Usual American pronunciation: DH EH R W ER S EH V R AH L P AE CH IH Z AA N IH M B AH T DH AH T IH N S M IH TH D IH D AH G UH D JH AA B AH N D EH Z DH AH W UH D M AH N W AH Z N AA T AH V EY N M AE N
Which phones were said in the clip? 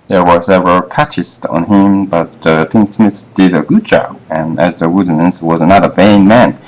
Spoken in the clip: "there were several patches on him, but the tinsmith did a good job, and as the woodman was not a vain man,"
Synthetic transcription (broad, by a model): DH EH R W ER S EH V AH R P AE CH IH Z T N IH M B AH T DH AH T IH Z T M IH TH D IH D AH G UH D JH AA B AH N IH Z DH AH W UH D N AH N W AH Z N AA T AH V EY N M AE N